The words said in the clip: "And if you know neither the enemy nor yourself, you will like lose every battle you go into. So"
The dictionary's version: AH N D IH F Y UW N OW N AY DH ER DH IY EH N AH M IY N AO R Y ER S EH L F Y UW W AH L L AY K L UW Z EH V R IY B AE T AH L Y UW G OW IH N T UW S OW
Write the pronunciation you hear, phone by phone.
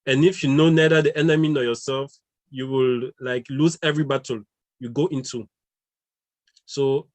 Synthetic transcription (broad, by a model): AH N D IH F Y UW N OW N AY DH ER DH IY EH N AH M IY N AO Y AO S EH L F Y UW W AH L L AY K L UW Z EH V R IY B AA T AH L Y UW G OW IH N T UW S OW